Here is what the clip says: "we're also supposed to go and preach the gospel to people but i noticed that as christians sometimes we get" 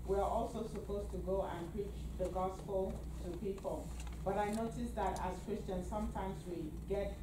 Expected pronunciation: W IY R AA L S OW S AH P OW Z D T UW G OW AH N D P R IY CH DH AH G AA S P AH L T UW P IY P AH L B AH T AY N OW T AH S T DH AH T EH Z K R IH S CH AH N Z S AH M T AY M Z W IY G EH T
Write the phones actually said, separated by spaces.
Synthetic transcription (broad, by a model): W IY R AA L S OW S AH P OW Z T UW G OW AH N P R IY CH DH AH G AA S P AH L T UW P IY P AH L B AH T AY N OW T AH S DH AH T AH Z K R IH S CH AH N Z S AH M T AY M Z W IY G EH T